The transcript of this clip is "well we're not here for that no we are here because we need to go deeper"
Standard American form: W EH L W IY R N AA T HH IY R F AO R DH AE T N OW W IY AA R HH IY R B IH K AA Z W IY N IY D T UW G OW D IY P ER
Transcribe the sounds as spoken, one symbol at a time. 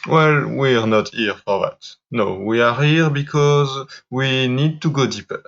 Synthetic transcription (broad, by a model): W EH L W IY R N AA T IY R F AO R DH AE T N OW W IY AA R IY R B IH K AA Z W IY N IY D T UW G OW D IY P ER